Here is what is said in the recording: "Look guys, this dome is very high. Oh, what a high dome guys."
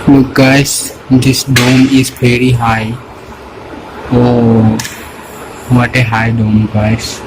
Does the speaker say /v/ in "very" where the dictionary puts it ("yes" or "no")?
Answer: no